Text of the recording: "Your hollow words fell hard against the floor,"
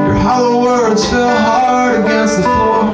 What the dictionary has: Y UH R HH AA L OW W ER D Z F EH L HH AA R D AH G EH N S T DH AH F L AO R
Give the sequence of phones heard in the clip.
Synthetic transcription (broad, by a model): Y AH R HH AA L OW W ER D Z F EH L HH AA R AH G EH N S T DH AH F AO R